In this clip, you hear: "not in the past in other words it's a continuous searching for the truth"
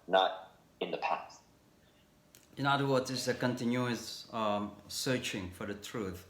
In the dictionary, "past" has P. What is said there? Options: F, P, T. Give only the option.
P